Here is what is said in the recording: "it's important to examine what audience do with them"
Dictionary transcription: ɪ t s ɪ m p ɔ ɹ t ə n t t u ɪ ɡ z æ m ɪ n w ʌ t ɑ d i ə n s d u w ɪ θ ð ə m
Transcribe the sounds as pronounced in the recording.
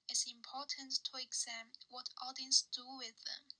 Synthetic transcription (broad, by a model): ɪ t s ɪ m p ɔ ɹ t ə n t t u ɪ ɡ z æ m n w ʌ t ɑ d i ə n s d u w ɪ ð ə m